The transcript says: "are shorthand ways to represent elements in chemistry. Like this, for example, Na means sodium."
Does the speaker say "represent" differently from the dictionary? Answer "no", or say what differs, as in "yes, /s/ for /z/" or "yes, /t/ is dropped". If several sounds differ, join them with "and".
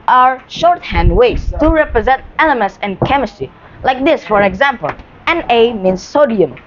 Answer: no